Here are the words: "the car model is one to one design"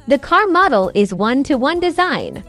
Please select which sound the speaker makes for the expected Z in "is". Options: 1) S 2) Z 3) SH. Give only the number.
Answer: 2